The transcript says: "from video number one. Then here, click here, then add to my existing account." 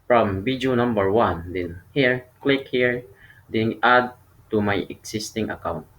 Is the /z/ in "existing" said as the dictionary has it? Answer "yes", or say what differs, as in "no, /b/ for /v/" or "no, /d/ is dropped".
no, /s/ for /z/